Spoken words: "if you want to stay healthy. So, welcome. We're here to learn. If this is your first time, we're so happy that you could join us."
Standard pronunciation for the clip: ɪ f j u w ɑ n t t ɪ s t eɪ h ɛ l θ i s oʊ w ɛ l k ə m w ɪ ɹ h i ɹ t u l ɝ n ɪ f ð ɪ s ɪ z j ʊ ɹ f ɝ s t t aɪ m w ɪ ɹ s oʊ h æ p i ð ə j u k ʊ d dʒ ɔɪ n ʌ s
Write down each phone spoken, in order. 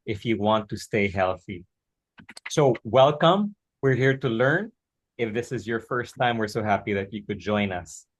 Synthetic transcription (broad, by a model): ɪ f j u w ɑ n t t ɪ s t eɪ h ɛ l θ i s oʊ w ɛ l k ə m w ɪ ɹ h i ɹ t u l ɝ n ɪ f ð ɪ s ɪ z j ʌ ɹ f ɝ s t t aɪ m w ɪ ɹ s oʊ h æ p i ð ə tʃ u k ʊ d dʒ ɔɪ n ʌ s